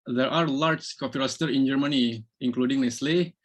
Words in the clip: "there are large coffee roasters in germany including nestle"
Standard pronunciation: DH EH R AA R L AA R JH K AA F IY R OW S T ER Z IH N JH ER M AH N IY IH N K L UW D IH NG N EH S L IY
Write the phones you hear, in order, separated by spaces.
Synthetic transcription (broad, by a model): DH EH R AA R L AA R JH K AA P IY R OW S T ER IH N JH ER M AH N IY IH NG K L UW D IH NG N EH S L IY